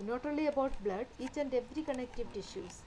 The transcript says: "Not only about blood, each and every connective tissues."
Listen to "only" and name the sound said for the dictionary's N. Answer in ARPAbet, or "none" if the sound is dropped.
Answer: none